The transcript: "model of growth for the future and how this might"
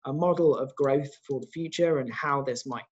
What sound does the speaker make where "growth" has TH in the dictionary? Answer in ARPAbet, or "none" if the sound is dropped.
TH